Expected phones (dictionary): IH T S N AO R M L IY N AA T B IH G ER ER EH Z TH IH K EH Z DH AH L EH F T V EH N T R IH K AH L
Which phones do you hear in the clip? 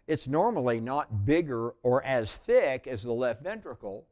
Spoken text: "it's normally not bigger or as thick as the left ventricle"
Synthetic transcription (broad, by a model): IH T S N AO R M L IY N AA T B IH G ER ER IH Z TH IH K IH Z DH AH L EH F T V EH N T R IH K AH L